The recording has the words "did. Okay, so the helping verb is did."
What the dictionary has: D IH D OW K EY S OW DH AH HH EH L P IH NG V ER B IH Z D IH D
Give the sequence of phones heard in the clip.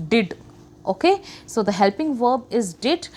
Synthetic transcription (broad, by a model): D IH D OW K EY S OW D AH HH EH L P IH NG V ER B IH Z D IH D